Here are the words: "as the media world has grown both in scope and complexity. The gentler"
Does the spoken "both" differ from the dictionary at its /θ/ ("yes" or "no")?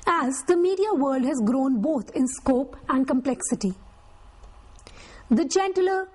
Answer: yes